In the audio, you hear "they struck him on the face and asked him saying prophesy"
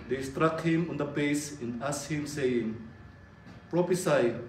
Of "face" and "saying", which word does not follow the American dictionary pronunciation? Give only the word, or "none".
face